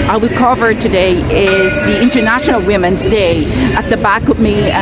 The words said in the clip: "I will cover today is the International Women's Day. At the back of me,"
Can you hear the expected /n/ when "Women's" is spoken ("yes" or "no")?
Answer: yes